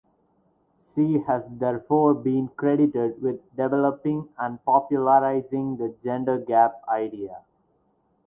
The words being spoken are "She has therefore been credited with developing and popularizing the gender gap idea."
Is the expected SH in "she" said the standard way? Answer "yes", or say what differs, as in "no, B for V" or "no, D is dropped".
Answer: no, S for SH